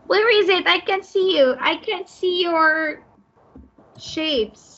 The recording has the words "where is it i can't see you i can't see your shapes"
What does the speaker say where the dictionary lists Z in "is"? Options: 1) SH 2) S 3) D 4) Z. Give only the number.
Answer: 4